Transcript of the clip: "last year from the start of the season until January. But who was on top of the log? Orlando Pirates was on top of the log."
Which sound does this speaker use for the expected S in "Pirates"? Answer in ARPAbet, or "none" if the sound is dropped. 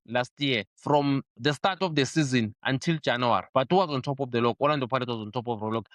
none